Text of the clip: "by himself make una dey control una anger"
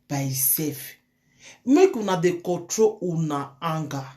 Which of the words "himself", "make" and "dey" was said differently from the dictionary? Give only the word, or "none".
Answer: himself